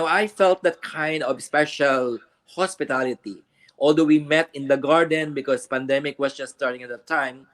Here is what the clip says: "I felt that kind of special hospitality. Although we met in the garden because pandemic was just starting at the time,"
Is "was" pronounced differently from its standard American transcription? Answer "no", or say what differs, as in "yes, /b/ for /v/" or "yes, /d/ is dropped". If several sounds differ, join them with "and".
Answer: yes, /s/ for /z/